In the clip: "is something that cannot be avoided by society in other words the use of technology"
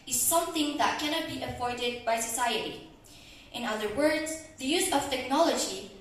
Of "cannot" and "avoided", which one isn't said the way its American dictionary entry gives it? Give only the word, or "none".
avoided